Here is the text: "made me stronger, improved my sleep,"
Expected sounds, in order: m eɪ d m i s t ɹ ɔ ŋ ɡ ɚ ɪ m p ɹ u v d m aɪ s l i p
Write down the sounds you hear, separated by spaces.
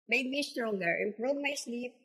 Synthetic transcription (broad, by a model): m eɪ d m i s t ɹ ɔ ŋ ɡ ɚ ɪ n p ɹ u d m aɪ s l i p